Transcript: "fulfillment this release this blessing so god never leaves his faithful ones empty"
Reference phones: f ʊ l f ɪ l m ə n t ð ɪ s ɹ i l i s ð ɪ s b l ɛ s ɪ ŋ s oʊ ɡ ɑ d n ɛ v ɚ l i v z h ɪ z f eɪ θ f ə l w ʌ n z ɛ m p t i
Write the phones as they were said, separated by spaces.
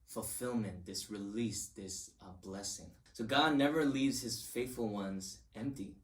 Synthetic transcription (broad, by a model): f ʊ l f ɪ l m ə n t ð ɪ s ɹ i l i s ð ɪ s b l ɛ s ɪ ŋ s oʊ ɡ ɑ d n ɛ v ɚ l i v z h ɪ z f eɪ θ f l w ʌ n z ɛ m p t i